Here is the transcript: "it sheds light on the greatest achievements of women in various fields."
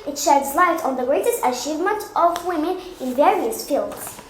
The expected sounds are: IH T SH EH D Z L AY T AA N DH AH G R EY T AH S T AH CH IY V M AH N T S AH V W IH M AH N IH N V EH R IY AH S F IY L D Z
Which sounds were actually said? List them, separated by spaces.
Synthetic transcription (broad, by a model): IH T SH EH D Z L AY T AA N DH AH G R EY T AH S T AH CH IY V M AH N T AH V W IH M AH N IH N V EH R IY AH S F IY L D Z